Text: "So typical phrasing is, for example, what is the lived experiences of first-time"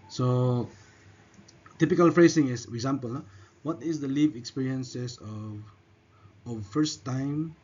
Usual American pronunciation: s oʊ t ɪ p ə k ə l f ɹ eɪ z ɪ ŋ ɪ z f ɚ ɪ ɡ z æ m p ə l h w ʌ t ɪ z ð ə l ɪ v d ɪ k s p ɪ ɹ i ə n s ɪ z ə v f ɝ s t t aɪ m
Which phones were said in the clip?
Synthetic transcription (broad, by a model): s oʊ t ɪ p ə k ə l f ɹ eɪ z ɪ ŋ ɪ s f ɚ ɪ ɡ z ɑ m p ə l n w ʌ t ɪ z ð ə l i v ɪ k s p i ɹ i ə n s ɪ s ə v f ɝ s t t aɪ m